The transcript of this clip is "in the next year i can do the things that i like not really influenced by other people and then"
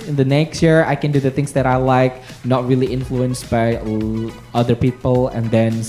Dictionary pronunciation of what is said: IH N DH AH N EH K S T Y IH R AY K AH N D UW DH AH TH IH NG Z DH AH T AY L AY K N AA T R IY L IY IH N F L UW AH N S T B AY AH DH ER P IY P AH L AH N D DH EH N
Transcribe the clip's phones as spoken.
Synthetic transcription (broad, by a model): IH N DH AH N EH K S T Y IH R AY K AH N D UW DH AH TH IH NG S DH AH T AY L AY K N AA T R IY L IY IH N F L UW AH N S T B AY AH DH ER P IY P AH L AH N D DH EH N